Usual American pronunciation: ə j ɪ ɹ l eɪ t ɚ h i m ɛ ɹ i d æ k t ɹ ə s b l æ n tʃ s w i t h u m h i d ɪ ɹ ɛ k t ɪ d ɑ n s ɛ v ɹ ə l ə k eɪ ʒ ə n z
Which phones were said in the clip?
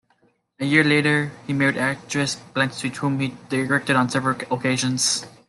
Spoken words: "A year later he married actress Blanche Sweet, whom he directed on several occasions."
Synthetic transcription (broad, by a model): ə j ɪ ɹ l eɪ t ɚ h i m ɛ ɹ i d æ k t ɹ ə s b l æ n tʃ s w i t h u m h i d ɪ ɹ ɛ k t ɪ d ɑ n s ɛ v ɹ ə l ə k eɪ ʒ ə n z